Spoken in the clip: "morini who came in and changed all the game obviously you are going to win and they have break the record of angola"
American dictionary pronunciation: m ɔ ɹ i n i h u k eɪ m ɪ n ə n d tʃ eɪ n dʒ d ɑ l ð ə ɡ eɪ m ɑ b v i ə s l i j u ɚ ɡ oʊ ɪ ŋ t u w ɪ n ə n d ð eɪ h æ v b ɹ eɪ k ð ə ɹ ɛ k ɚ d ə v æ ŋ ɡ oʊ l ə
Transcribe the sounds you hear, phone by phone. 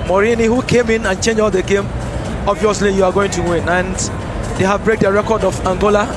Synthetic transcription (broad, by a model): m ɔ ɹ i n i h u k eɪ m ɪ n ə n tʃ eɪ n dʒ ɑ l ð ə ɡ eɪ m ɑ b v i ə s l i j u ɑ ɡ oʊ ɪ ŋ t u w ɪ n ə n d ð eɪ h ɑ v b ɹ eɪ k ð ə ɹ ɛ k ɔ d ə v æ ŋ ɡ oʊ l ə